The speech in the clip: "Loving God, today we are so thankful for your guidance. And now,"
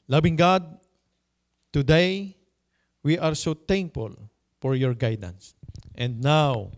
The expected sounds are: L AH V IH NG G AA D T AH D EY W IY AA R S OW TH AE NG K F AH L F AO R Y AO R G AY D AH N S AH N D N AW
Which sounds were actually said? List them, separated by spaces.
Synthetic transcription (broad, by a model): L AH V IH NG G AA D T AH D EY W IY AA R S OW T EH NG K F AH L F AO R Y AO R G AY D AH N S AH N D N AW